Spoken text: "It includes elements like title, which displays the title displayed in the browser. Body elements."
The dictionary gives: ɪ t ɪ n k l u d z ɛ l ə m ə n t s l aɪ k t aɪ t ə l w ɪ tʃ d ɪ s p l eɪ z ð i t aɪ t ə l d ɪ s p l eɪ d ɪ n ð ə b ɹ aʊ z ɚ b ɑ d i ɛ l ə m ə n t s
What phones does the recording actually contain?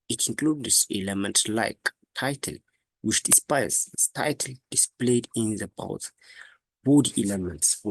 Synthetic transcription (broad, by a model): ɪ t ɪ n k l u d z ɛ l ə m ə n t s l aɪ k t aɪ t ə l w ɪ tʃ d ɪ s p ɑ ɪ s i t aɪ t ə l d ɪ s p l eɪ d ɪ n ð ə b aʊ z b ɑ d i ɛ l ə m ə n t s